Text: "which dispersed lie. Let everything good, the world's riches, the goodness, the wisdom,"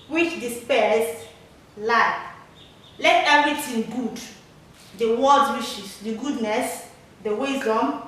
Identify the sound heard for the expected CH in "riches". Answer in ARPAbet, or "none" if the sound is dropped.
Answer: SH